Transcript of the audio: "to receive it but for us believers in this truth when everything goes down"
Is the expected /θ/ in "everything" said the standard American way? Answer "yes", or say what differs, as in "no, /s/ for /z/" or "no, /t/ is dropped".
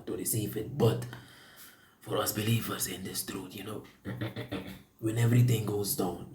no, /t/ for /θ/